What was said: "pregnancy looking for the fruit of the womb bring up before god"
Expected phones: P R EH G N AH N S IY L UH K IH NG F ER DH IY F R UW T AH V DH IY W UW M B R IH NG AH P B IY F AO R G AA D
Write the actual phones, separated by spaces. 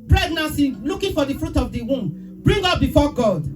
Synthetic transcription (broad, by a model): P R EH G N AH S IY L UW K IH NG F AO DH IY F R UW T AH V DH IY W UW M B R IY NG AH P B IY F AO G AA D